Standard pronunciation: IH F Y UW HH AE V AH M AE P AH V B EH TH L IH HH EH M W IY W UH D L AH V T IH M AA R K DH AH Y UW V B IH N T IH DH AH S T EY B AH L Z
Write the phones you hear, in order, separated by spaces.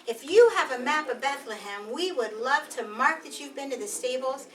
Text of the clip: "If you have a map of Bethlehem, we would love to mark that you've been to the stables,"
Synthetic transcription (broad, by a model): IH F Y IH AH V AH M AE P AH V B EH TH L IH HH EH M W IY W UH D L AH V T IH M AA R K DH AH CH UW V B IH N T IH DH AH S T EY B L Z